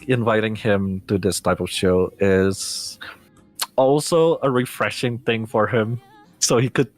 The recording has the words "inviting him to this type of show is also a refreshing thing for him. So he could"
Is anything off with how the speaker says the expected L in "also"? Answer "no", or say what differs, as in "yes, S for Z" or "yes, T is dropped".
no